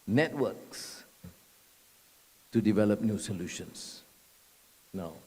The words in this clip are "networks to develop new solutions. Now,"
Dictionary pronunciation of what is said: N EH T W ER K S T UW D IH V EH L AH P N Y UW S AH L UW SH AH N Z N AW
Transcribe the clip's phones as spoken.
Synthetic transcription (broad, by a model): N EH T W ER K S T UW D IH V EH L AH P N Y UW S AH L UW SH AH N S N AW